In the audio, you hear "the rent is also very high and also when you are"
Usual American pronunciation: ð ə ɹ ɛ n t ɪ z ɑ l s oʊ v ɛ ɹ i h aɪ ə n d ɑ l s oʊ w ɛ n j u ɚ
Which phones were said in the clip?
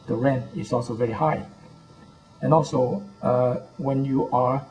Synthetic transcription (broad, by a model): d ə ɹ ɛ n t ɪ s ɑ l s oʊ v ɛ ɹ i h aɪ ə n ɑ l s oʊ w ɛ n j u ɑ